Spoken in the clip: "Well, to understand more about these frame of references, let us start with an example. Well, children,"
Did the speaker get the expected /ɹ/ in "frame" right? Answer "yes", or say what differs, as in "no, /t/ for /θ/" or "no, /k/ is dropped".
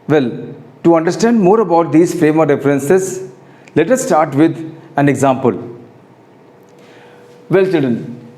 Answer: yes